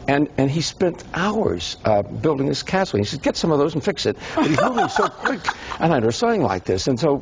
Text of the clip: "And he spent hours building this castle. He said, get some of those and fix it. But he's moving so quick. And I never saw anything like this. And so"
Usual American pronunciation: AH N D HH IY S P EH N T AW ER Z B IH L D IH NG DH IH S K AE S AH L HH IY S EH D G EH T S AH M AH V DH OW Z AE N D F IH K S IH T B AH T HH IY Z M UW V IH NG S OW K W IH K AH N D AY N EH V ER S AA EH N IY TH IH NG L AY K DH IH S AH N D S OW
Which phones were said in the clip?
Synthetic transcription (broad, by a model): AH N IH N IY S P EH N T AW ER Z B IH L D IH NG DH IH S K AE S L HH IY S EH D G EH T S AH M AH V DH OW Z N F IH K S IH T B AH T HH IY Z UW IH S OW K W IH K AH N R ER S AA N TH IH NG L AY K DH IH S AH N S OW